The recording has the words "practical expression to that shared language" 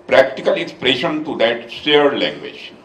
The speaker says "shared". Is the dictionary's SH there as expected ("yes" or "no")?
no